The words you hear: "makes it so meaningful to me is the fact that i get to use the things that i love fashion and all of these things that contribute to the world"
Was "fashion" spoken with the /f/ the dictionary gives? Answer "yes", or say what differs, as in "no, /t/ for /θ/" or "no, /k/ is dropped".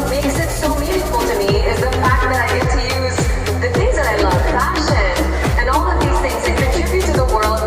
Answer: no, /p/ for /f/